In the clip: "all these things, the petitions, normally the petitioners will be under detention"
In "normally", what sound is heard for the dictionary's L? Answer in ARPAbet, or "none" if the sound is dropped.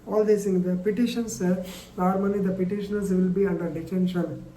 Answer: N